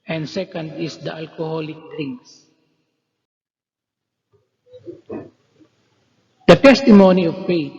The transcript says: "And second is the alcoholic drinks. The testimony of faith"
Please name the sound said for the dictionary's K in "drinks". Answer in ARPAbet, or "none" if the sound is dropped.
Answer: none